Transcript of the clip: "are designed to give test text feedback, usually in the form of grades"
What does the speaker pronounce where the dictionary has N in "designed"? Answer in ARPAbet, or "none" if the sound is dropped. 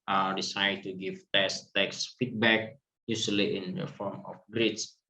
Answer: none